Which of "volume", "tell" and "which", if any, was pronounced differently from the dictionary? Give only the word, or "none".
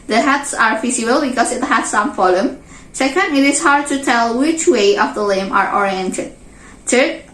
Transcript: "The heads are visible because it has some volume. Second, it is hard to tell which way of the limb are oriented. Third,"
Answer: volume